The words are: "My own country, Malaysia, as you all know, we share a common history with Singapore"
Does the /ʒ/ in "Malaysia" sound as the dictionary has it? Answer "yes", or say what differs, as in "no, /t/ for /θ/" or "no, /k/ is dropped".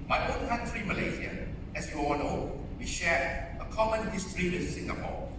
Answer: no, /z/ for /ʒ/